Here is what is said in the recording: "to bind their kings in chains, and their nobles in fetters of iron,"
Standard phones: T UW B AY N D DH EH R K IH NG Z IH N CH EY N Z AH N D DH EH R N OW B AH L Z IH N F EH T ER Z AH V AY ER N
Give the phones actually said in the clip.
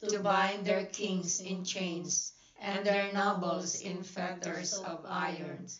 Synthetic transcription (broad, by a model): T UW B AY N D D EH R K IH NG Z IH N CH EY N S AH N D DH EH R N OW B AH L S IH N F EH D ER S AH V AY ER N